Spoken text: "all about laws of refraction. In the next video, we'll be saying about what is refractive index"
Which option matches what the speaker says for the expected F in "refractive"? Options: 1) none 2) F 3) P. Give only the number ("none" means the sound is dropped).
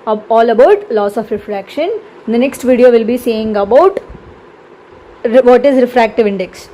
2